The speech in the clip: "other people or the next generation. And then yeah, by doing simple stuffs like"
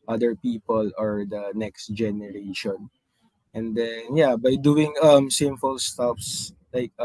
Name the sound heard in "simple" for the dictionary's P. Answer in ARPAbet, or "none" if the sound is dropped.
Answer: F